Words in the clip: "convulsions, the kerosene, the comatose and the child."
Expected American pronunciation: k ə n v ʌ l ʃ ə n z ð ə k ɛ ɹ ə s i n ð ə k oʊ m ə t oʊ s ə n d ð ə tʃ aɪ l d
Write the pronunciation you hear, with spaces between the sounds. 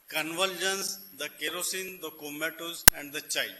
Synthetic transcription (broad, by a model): k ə n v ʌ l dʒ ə n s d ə k ɛ ɹ ə s i n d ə k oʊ m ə t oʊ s ə n d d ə tʃ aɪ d